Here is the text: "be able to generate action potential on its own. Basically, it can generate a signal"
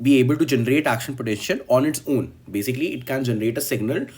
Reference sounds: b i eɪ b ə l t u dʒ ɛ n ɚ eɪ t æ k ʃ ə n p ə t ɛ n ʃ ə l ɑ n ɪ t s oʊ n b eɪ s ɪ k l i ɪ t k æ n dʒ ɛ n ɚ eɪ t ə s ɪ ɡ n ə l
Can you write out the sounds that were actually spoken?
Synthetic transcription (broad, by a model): b i eɪ b ə l t u dʒ ɛ n ɚ eɪ t æ k ʃ ə n p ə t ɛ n ʃ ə n ɑ n ɪ t s oʊ n b eɪ s ɪ k l i ɪ t k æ n dʒ ɛ n ɚ eɪ t ə s ɪ ɡ n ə l